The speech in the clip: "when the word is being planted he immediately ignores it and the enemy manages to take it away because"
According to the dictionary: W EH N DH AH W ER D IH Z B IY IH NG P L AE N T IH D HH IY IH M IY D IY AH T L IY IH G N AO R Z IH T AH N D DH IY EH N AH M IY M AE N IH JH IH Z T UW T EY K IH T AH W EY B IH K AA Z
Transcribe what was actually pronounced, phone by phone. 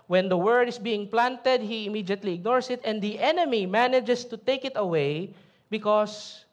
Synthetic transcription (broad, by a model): W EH N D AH W ER D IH S B IY IH NG P L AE N T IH D HH IY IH M IY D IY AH T L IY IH G N AO R S IH T AH N D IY EH N AH M IY M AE N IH JH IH S T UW T EY K IH T AH W EY B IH K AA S